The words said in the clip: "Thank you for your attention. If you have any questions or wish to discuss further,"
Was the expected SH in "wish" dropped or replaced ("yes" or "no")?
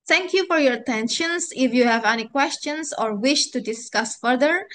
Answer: no